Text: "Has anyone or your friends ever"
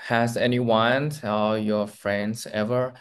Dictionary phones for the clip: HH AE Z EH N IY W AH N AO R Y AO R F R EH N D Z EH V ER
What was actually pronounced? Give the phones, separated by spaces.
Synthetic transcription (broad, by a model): HH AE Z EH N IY W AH N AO L Y AO R F R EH N D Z EH V ER